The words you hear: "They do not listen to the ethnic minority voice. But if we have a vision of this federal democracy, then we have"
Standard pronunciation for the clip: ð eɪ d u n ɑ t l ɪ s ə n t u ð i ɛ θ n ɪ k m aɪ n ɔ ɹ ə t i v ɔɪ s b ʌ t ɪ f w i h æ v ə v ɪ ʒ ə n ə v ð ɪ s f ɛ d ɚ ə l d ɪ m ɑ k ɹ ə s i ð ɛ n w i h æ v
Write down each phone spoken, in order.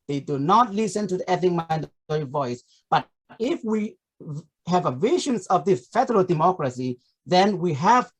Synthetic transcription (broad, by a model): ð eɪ d u n ɑ t l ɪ s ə n t u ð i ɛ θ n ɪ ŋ m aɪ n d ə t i v ɔɪ s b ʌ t ɪ f w i h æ v ə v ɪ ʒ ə n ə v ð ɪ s f ɛ d ɚ ə l d ɪ m ɑ k ɹ ə s i ð ɛ n w i h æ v